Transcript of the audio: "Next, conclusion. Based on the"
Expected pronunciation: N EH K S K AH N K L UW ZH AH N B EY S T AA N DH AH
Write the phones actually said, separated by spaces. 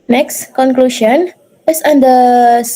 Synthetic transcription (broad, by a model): N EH K S K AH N K L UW SH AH N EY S AA N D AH